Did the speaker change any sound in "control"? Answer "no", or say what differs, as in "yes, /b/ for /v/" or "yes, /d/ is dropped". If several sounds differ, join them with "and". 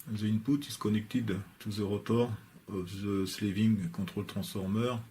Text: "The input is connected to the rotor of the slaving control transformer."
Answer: yes, /n/ is dropped